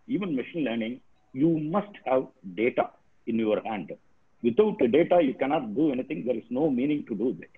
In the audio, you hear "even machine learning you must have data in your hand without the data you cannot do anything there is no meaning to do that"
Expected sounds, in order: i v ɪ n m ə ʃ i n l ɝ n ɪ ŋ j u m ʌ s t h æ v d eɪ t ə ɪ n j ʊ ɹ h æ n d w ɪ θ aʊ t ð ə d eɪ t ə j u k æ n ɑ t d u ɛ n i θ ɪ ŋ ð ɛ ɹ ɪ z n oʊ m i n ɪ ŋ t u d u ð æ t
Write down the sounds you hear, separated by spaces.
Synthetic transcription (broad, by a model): i v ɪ n m ə ʃ i n l ɝ n ɪ ŋ j u m ʌ s t h æ v d eɪ t ə ɪ n j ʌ ɹ h æ n d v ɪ t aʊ t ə d eɪ t ə j u k æ n ɑ t d u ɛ n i t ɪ ŋ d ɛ ɹ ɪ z n oʊ m i n ɪ ŋ t u d u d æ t